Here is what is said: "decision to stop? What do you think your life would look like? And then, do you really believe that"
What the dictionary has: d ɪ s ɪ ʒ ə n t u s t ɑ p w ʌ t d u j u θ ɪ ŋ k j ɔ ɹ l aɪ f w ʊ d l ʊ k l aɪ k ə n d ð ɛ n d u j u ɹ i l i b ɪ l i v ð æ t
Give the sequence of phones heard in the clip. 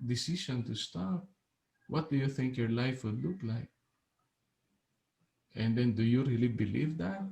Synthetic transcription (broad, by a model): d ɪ s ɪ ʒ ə n t u s t ɑ p w ʌ t d u j u θ ɪ ŋ k j ɔ ɹ l aɪ f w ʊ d l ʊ k l aɪ k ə n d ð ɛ n d u j u ɹ i l i b ɪ l i v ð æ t